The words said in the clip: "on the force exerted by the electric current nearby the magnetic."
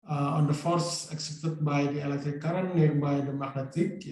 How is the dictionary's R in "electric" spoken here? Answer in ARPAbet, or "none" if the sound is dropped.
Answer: none